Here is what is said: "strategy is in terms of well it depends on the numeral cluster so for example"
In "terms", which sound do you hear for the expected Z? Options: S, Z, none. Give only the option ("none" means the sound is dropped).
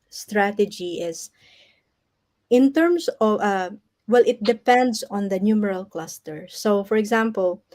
S